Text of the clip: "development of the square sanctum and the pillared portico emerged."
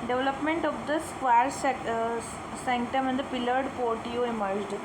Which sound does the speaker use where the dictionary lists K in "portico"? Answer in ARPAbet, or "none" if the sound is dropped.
none